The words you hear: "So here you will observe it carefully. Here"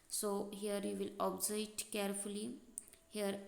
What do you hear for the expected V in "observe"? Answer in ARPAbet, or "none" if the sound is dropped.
none